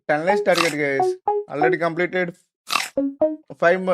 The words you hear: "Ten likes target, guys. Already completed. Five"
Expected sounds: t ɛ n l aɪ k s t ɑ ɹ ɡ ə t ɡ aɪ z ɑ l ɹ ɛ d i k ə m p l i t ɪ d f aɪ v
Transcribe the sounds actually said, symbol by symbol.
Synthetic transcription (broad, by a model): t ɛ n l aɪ s t ɑ ɹ ɡ ə t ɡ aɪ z ɑ l ɹ ɛ d i k ə m p l i t ɪ d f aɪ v